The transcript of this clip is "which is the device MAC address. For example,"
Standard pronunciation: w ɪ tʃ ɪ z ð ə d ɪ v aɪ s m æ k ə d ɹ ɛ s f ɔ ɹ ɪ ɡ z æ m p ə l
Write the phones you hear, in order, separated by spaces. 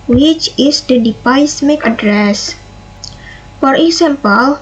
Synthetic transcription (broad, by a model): w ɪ tʃ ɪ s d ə d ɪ p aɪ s m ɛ k ə d ɹ ɛ s f ɔ ɹ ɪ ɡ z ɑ m p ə l